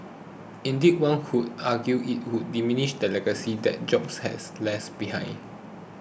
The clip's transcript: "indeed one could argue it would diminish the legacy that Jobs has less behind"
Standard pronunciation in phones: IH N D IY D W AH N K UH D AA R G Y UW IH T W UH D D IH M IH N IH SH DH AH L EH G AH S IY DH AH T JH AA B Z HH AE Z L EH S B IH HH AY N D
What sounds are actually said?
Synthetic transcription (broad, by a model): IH N D IY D W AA N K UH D AA G Y UW IH T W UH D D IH M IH N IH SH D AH L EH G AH S IY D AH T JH AA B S HH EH S L EH S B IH HH AY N